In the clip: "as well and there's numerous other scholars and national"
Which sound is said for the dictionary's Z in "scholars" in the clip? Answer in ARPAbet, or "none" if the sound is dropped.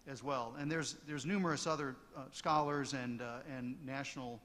Z